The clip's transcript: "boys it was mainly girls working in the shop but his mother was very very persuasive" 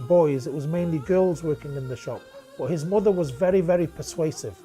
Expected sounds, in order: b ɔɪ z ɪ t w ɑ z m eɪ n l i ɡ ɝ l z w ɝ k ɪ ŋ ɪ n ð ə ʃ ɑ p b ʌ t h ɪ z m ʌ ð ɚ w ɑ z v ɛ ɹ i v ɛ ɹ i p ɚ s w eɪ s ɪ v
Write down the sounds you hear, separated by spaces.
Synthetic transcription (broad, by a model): b ɔɪ z ɪ t w ɑ z m eɪ n l i ɡ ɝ l z w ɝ k ɪ ŋ ɪ n ð ə ʃ ɑ p b ʌ t h ɪ z m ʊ ð ɚ w ɑ z v ɛ ɹ i v ɛ ɹ i p ɚ s w eɪ s ɪ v